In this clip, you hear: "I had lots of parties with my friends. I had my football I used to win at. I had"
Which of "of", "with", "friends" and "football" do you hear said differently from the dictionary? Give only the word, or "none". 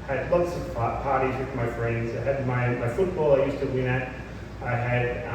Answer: of